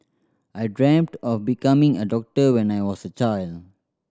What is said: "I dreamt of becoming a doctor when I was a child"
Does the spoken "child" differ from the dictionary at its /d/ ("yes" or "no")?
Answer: no